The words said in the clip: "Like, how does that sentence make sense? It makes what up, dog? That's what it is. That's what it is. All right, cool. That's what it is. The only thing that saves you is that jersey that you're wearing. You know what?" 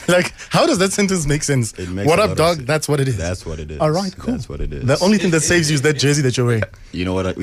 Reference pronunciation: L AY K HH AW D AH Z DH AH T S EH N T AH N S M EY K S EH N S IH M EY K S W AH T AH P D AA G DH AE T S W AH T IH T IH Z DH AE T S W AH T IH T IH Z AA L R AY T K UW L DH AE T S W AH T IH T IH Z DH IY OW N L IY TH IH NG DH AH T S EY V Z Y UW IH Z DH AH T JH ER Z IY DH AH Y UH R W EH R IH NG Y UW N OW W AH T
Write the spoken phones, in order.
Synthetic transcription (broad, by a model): L AY K HH AW D AH Z DH AH T S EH N T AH N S M EY K S EH N S IH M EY W AH T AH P D AA G DH AE T S W AH T IH T IH Z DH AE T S W AH T IH T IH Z AA L R AY T K UW L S W AH T IH T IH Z DH IY OW N L IY TH IH NG DH AH T S EY V Z Y UW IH Z DH AH T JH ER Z IY DH AH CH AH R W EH IH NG Y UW N OW W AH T